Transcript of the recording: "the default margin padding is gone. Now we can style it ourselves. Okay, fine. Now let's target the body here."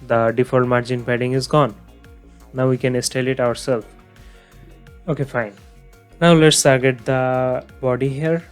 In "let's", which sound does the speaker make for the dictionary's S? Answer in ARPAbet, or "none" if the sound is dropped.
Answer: S